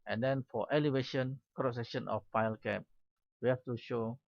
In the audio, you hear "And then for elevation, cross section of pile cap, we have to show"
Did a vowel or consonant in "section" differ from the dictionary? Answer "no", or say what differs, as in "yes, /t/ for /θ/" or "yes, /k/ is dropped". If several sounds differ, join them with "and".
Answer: yes, /k/ is dropped